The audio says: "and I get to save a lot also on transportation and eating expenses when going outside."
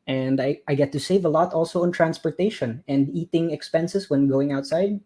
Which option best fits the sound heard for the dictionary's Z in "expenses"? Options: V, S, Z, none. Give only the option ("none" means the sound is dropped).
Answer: S